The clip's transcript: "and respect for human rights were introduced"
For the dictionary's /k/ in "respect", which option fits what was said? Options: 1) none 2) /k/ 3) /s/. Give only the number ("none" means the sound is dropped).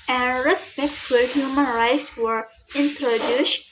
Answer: 2